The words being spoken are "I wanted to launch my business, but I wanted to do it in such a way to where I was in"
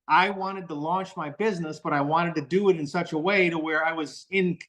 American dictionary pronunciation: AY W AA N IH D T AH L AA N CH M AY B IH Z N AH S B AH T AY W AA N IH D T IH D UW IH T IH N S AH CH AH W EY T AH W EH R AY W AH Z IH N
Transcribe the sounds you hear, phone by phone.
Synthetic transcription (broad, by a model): AY W AA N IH D T AH L AA N CH M AY B IH Z N AH S B AH T AY W AA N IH D T IH D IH IH T IH N S AH CH AH W EY T AH W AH R AY W AH Z IH N